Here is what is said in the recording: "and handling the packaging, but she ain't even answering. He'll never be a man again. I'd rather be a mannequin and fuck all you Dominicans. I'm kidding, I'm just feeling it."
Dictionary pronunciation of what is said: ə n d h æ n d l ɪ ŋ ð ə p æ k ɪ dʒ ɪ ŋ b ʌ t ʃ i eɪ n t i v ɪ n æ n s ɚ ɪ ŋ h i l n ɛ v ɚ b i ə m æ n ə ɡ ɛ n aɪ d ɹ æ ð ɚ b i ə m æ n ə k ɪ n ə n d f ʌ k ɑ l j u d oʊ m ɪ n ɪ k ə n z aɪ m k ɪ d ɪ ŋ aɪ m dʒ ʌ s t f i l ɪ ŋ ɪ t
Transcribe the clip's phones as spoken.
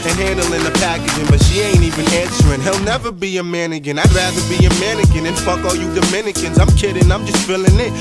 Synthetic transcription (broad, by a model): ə n h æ n d l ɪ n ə p æ k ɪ dʒ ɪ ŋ b ʌ t ʃ i eɪ n t i v ɪ n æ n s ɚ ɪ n h i l n ɛ v ɚ b i ə m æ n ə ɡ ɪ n aɪ d ɹ æ ð ɚ b i ə m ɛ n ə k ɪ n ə n f ʌ k ɑ l j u d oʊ m ɪ n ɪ k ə n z aɪ m k ɪ d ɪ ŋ aɪ m dʒ ʌ s t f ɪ l ɪ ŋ ɪ t